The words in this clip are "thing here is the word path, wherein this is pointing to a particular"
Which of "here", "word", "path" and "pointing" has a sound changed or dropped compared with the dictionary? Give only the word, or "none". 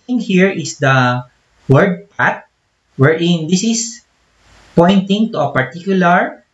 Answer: path